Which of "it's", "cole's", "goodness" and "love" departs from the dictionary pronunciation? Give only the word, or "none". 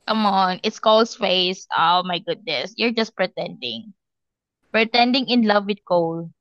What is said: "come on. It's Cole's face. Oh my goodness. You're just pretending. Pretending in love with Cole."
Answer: cole's